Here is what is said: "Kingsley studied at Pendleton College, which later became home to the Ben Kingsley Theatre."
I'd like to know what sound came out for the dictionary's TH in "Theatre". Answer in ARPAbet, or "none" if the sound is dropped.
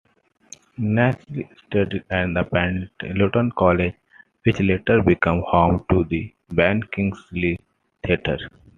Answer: T